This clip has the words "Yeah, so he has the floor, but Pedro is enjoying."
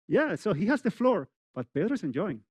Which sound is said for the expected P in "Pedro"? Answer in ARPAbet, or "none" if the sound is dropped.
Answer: B